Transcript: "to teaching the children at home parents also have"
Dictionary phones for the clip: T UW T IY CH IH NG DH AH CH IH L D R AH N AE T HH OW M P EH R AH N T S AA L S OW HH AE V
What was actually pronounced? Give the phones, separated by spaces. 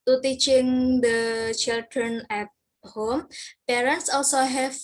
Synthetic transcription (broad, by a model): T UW T IY CH IH NG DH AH CH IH L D R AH N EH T HH OW M P EH R AH N T S AA L S OW HH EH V